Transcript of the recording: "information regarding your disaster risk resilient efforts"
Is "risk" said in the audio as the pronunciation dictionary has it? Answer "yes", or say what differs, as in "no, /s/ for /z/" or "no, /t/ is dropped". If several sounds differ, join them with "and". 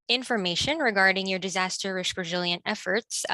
no, /ʃ/ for /s/